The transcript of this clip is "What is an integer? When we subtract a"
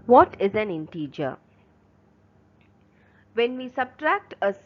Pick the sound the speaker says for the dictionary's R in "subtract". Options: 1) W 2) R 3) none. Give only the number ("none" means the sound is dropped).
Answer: 2